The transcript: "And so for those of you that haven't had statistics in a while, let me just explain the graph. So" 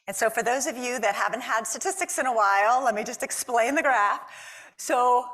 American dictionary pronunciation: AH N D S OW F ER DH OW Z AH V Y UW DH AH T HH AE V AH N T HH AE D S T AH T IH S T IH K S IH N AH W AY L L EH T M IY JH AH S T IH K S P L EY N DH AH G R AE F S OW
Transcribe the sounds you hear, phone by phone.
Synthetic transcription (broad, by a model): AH N S OW F ER DH OW Z AH V Y UW DH AH T HH AE V AH N T HH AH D S T AH T IH S T IH K S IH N AH W AY L L EH T M IY JH AH S T IH K S P L EY N DH AH G R AE F S OW